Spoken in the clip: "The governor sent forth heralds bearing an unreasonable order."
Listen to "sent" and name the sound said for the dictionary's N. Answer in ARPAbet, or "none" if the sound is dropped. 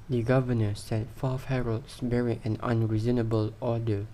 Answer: none